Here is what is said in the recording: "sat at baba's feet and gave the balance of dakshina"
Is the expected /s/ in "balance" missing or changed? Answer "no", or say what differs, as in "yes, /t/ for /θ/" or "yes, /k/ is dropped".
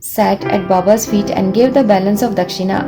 no